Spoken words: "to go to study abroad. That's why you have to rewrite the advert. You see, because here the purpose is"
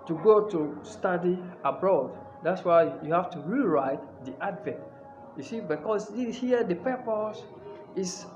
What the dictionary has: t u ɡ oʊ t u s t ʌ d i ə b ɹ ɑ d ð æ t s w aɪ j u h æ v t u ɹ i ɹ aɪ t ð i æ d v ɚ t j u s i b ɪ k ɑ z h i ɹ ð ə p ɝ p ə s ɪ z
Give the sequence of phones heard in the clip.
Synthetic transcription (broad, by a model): t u ɡ oʊ t u s t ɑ d i ə b ɹ ɑ d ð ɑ t s w aɪ j u h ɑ f t u ɹ i ɹ aɪ t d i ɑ d v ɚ t j u s i b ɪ k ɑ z h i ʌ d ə p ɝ p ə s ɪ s